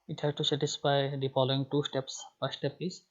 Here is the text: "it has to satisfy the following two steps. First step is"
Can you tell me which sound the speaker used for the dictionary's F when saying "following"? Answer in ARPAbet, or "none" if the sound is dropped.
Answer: P